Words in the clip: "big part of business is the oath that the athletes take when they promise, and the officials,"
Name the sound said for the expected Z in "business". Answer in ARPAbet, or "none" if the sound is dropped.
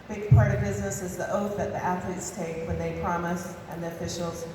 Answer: Z